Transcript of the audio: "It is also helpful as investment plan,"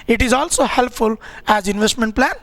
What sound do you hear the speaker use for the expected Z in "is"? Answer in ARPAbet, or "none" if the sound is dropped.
Z